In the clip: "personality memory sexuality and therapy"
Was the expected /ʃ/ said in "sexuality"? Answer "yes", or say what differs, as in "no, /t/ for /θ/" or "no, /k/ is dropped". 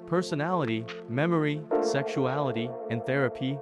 yes